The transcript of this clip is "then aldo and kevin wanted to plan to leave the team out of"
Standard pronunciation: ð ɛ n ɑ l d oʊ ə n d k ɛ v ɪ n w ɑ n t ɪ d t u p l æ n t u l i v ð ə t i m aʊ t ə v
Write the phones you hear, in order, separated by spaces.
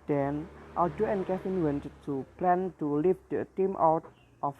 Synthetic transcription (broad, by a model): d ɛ n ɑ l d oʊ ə n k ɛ f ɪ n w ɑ n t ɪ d t u p l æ n t u l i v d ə t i m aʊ t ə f